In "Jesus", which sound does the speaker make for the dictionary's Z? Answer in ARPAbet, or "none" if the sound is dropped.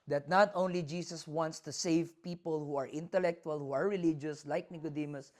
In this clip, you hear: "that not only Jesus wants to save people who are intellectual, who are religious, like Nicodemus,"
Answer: S